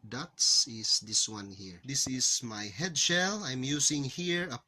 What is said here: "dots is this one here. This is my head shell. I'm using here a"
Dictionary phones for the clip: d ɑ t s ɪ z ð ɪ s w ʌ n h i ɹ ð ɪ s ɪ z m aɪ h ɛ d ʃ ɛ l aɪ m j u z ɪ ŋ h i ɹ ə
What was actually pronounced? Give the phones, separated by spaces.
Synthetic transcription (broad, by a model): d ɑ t s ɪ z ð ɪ s w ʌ n h i ɹ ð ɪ s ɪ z m aɪ h ɛ d ʃ ɛ l aɪ m j u s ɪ ŋ h i ɹ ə